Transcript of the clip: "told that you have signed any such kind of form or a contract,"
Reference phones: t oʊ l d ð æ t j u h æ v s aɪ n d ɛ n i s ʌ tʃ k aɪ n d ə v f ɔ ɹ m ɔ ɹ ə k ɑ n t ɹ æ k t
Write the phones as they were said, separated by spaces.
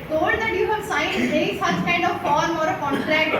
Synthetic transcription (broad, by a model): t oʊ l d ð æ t j u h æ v s aɪ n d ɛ i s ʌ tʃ k aɪ n d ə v f ɔ ɹ m ɔ ɹ ə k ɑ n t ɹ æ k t